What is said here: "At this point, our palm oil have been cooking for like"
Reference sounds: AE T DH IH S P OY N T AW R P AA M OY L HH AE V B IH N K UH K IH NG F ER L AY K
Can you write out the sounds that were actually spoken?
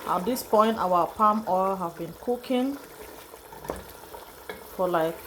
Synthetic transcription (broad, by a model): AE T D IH S P OY N T AW W P AA M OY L HH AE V B IH N K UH K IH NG F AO L AY K